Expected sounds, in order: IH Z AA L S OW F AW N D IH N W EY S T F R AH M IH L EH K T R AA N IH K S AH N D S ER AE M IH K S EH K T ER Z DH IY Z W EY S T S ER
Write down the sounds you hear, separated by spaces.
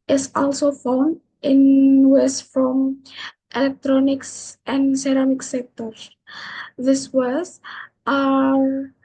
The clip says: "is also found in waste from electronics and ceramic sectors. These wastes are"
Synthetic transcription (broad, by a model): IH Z AA L S OW F AW N D IH N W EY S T F R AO M IH L EH K T R AA N IH K S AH N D S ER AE M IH K S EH K T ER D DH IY S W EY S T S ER